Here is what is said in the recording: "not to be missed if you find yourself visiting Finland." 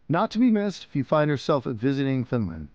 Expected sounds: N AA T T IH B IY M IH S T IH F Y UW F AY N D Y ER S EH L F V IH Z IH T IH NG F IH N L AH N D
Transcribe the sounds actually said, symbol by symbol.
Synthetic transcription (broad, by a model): N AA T T IH B IY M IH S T IH F Y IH F AY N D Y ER S EH L F V IH Z IH T IH NG F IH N L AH N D